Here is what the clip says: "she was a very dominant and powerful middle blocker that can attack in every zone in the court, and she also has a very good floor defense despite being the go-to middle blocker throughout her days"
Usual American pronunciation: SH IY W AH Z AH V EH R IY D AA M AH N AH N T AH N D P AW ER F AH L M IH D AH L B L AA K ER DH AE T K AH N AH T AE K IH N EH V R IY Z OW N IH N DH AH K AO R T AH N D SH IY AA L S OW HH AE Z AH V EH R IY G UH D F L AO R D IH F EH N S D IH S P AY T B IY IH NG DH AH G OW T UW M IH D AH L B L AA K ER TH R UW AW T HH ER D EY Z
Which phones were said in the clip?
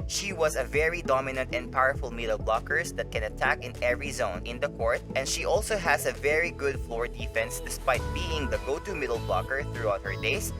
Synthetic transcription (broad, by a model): SH IY W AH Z AH V EH R IY D AA M AH N AH N T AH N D P AW ER F AH L M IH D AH L B L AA K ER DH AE T K AH N AH T AE K IH N EH V R IY Z OW N IH N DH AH K AO R T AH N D SH IY AA L S OW HH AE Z AH V EH R IY G UH D F L AO R D IH F EH N S D IH S P AY T B IY IH NG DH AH G OW T UW M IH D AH L B L AA K ER TH R UW AW T HH ER D EY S